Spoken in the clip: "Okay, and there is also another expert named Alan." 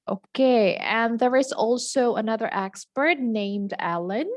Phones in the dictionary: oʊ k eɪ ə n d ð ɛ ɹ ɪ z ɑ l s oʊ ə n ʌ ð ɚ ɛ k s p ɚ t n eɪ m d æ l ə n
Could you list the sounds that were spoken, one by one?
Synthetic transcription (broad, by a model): oʊ k eɪ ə n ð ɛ ɹ ɪ z ɑ l s oʊ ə n ʌ ð ɚ ɛ k s p ɚ t n eɪ m d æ l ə n